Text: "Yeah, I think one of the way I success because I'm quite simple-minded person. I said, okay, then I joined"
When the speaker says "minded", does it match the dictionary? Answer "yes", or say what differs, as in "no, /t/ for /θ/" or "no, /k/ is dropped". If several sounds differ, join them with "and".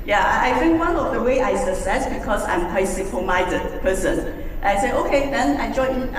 no, /n/ is dropped